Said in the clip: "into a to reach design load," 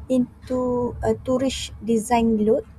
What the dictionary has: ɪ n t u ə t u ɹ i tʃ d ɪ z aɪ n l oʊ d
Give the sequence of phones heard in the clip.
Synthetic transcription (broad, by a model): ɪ n t u ə t u ɹ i ʃ d ɪ z aɪ n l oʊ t